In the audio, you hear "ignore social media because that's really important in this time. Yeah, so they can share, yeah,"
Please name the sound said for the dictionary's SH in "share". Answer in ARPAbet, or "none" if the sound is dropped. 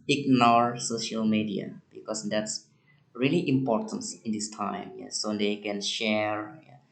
SH